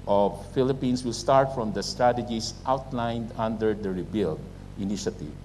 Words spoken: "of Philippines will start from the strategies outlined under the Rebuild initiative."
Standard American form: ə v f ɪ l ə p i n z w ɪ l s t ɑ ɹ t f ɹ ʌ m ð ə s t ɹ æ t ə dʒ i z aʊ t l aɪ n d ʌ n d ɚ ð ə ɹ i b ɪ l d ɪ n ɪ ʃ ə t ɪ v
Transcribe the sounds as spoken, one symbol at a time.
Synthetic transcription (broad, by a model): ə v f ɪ l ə p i n s w ɪ l s t ɑ ɹ t f ɹ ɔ m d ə s t ɹ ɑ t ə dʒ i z aʊ t l aɪ n d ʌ n d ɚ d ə ɹ i b ɪ l d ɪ n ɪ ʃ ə t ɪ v